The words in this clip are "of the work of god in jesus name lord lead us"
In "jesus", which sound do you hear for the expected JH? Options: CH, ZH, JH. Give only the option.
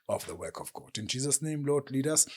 JH